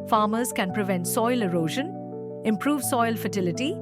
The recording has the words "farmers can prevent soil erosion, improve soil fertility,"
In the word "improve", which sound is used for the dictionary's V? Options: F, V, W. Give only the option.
V